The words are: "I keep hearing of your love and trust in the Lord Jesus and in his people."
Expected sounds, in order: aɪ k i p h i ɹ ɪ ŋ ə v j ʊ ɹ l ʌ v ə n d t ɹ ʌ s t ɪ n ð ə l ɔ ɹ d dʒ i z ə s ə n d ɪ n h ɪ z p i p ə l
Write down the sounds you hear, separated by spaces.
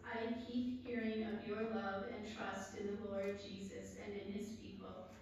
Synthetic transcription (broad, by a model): aɪ k i p h i ɹ ɪ ŋ ə v j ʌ ɹ l ʌ v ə n t ɹ ʌ s t ɪ n ð ə l ɔ ɹ d dʒ i z ə s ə n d ɪ n ɪ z p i p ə l